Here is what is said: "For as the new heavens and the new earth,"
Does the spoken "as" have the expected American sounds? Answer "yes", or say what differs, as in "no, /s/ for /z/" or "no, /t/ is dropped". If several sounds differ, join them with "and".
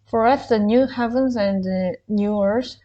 no, /s/ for /z/